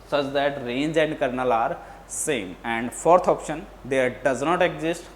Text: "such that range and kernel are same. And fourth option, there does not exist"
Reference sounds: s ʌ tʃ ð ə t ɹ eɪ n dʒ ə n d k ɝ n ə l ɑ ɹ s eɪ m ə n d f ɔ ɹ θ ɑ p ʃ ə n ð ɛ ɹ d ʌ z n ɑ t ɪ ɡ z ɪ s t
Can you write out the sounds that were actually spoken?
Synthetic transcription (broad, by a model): s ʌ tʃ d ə t ɹ eɪ n dʒ ə n d k ɝ n ə l ɑ ɹ s eɪ m ə n d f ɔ ɹ t ɑ p ʃ ə n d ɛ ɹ d ʌ z n ɑ t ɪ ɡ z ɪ s t